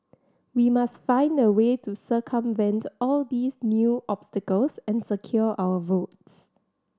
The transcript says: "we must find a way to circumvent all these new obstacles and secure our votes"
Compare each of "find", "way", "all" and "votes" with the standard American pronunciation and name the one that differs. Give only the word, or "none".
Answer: none